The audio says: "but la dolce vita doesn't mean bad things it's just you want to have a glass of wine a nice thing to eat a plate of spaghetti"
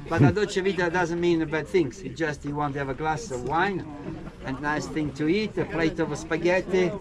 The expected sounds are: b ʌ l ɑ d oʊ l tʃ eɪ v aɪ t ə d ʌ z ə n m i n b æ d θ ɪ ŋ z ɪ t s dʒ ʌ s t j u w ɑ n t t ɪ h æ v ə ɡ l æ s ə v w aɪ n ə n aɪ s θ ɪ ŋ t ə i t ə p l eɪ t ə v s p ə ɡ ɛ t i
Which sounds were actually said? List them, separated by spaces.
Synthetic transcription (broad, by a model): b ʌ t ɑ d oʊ tʃ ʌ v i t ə d ʌ z ə n m i n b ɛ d θ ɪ ŋ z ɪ dʒ ʌ s t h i w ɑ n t t ɪ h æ v ə ɡ l æ s ə v w aɪ n ə n aɪ s θ ɪ ŋ t ə i t ə p l eɪ t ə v s p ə ɡ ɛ t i